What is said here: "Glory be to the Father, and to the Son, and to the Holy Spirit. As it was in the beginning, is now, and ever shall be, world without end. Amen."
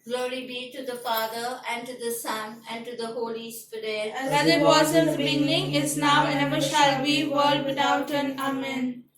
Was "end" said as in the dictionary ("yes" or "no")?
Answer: no